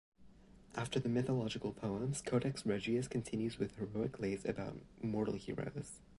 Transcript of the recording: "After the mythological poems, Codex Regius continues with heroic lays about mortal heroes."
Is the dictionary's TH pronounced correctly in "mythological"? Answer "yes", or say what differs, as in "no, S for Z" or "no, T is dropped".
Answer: yes